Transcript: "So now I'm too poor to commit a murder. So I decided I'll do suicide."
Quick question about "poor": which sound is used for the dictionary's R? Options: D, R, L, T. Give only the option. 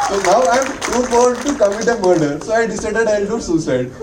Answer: L